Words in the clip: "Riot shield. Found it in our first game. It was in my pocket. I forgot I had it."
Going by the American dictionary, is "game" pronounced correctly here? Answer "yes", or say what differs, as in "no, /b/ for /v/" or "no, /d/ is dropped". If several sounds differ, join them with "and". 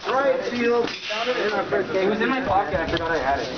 no, /m/ is dropped